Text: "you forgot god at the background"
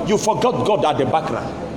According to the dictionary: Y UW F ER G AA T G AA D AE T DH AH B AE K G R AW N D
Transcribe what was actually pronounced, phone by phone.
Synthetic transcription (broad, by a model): Y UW F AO G AA T G AA D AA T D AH B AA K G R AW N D